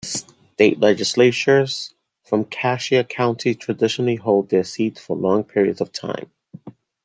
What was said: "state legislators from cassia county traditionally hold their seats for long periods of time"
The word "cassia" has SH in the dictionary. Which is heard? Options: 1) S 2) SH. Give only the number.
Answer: 2